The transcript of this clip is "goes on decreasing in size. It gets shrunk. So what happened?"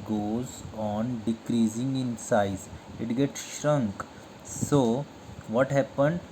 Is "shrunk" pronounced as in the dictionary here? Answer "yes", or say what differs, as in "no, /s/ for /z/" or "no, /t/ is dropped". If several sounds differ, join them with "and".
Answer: yes